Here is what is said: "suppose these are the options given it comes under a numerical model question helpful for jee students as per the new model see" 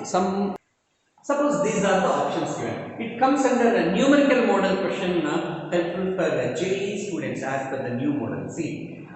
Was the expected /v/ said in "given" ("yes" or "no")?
no